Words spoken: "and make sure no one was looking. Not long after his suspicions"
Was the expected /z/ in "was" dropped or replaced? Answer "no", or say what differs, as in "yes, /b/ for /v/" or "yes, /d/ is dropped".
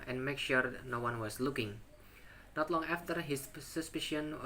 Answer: yes, /s/ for /z/